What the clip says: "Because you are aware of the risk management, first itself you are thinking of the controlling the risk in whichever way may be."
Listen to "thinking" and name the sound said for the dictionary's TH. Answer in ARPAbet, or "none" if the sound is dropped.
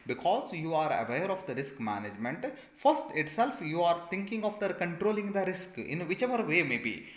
T